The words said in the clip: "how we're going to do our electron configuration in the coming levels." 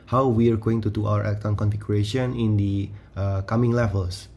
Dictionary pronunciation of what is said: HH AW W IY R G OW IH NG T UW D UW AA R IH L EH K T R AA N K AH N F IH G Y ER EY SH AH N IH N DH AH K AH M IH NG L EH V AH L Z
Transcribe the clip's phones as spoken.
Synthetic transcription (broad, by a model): HH AW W IY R G OW IH NG T UW D UW AA W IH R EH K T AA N K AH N F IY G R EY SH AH N IH N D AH K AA M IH NG L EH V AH L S